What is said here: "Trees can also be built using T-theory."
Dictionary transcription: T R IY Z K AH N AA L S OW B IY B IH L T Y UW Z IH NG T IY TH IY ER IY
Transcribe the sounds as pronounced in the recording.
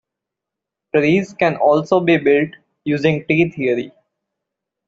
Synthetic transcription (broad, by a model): T R IY Z K AH N AA L S OW B IY B IH L T Y UW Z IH NG T IY T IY ER IY